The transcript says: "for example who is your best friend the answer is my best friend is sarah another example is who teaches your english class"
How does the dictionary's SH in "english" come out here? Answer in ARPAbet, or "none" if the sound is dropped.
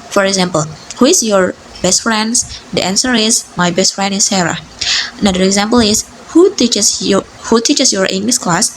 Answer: S